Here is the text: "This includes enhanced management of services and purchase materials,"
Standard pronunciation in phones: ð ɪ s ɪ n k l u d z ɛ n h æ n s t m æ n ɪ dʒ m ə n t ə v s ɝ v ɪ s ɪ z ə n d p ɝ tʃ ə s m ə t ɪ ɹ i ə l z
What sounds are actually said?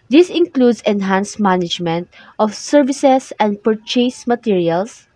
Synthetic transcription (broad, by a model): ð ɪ s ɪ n k l u d s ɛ n h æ n s m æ n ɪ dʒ m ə n t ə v s ɝ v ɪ s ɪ s ə n d p ɝ tʃ ə s m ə t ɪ ɹ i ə l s